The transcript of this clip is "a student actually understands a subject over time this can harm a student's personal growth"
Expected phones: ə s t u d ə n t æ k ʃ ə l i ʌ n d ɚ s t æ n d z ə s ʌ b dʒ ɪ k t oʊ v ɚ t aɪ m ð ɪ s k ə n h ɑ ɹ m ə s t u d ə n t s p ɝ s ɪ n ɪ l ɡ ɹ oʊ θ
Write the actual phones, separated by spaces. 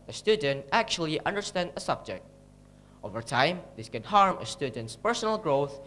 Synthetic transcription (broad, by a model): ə s t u d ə n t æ k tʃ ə l i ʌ n d ɚ s t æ n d ə s ʌ b dʒ ɪ k t oʊ v ɚ t aɪ m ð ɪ s k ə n h ɑ ɹ m ə s t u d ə n t s p ɝ s ɪ n ɪ l ɡ ɹ oʊ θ